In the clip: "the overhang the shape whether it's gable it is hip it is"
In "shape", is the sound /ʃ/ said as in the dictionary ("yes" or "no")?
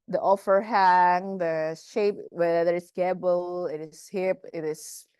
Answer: yes